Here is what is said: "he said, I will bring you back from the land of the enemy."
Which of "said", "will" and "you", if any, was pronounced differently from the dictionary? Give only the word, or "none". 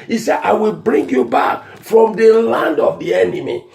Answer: none